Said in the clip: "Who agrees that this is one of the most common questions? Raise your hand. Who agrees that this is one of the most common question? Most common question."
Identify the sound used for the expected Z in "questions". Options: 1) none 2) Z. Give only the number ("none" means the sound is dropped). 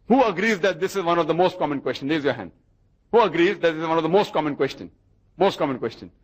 1